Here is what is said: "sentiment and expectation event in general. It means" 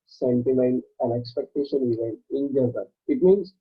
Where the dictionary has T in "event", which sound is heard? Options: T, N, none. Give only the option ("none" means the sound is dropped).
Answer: none